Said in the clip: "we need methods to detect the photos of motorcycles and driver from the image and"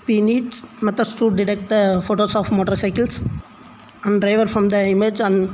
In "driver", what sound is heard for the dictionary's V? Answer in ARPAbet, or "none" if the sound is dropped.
V